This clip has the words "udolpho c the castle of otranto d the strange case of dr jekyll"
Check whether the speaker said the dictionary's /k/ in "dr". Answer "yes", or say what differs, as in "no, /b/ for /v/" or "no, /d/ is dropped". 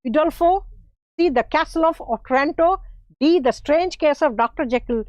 yes